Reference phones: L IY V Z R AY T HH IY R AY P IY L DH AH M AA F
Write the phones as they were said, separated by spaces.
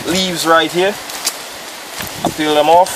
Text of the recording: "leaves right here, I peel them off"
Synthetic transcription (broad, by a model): L IY V Z R AY T HH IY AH AY F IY L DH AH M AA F